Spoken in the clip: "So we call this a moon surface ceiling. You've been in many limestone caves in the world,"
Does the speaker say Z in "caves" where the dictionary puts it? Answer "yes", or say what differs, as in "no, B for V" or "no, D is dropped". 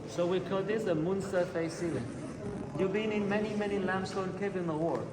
no, Z is dropped